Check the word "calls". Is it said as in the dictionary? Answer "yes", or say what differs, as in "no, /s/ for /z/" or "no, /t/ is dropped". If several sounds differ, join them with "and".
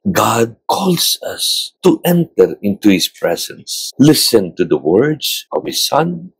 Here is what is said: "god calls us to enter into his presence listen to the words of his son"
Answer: no, /s/ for /z/